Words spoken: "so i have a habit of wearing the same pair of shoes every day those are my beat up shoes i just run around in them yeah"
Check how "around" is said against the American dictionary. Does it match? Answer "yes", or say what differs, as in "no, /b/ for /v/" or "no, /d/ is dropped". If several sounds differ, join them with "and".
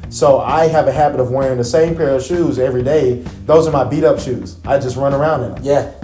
no, /n/ is dropped